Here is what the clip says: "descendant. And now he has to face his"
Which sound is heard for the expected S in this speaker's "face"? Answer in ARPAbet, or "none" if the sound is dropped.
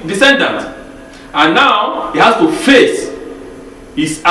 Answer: S